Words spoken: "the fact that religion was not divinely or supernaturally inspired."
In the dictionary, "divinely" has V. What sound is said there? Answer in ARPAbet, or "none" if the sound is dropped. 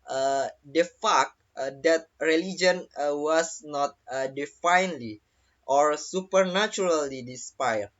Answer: F